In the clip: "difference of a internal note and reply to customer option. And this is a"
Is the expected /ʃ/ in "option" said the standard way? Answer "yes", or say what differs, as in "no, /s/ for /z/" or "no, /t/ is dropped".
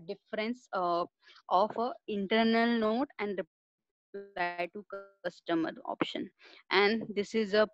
yes